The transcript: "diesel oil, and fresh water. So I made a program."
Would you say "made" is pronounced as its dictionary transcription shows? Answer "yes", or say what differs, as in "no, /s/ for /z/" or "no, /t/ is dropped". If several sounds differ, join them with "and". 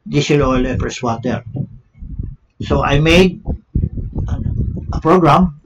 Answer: yes